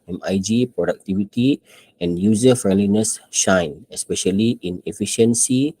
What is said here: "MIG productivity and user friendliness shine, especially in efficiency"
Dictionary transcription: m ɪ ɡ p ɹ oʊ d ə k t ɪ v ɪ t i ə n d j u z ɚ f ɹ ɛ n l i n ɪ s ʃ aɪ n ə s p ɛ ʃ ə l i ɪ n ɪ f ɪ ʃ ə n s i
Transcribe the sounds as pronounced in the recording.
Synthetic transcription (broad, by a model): m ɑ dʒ p ɹ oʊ d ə k t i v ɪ t i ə n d j u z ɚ f ɹ ɛ n l i n ɪ s ʃ aɪ n ə s p ɛ ʃ ə l i ɪ n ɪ f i ʃ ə n s i